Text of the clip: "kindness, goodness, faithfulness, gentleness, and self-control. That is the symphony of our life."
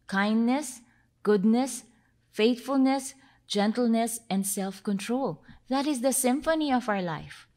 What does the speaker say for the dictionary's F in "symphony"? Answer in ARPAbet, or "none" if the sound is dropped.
F